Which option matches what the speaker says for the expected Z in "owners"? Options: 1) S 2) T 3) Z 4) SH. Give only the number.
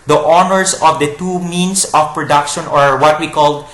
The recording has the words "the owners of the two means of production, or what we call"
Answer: 1